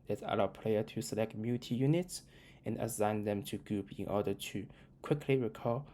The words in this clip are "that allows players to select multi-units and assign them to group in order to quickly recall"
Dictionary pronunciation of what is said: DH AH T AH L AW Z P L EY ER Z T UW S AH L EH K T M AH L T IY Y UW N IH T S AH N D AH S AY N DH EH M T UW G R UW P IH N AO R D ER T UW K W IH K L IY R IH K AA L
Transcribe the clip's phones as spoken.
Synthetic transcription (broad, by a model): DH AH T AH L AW P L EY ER T UW S AH L EH K T M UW T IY Y UW N IH T S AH N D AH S AY N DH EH M T UW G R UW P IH N AO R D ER T UW K W IH K L IY R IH K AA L